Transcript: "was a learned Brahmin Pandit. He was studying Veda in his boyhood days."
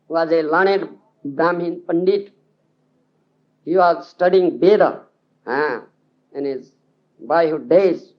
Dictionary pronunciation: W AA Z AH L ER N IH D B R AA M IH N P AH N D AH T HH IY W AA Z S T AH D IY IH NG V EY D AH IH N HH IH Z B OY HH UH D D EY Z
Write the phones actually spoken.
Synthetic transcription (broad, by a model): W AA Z AH L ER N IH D B R AA M IH N P AH N D AH T HH IY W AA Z S T AH D IY IH NG B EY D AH IH N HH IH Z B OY HH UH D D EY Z